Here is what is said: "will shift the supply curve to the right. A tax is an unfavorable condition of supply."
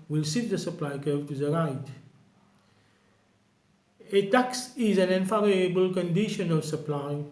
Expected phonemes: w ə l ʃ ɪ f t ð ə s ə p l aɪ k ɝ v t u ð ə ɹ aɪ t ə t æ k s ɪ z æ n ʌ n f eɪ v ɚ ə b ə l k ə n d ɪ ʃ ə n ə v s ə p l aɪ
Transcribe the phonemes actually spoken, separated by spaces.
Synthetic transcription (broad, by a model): w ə l s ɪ t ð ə s ə p l aɪ k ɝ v t u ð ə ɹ aɪ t ə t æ k s ɪ z æ n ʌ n f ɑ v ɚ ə b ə l k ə n d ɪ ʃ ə n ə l s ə p l aɪ